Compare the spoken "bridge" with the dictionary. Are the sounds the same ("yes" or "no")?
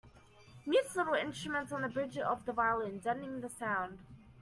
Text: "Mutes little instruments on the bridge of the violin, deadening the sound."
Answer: yes